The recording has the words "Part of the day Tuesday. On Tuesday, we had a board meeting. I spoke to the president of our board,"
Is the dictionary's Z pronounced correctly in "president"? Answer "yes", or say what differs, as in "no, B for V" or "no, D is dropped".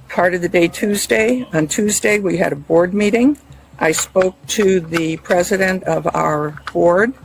yes